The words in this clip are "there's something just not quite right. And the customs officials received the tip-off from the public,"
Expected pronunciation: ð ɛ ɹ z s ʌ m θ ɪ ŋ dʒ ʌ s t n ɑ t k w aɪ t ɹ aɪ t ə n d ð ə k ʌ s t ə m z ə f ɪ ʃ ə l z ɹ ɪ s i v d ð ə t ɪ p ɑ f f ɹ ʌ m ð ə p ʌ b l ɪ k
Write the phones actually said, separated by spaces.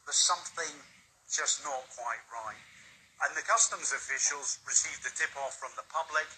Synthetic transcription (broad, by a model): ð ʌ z s ʌ m θ ɪ ŋ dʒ ʌ s n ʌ t k w aɪ t ɹ aɪ t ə n ð ə k ʌ s t ə m z ə f ɪ ʃ ə l z ɹ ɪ s i v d ð ə t ɪ p ɑ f f ɹ ʌ m ð ə p ʌ b l ɪ k